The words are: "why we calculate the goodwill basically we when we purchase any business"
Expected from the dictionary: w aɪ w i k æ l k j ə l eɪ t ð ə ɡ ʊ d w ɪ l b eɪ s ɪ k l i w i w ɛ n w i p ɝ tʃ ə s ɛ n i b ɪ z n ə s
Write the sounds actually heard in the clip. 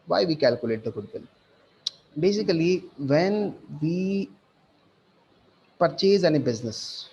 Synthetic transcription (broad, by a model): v aɪ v i k æ l k j ə l eɪ t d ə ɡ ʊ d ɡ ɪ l b eɪ s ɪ k i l i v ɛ n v i p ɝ tʃ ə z ɛ n i b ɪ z n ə s